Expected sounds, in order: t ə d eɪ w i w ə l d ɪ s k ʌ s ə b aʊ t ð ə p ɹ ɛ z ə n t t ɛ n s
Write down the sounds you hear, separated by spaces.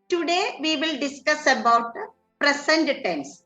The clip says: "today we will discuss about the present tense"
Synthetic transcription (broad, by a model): t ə d eɪ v i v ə l d ɪ s k ʌ s ə b aʊ t p ɹ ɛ s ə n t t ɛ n s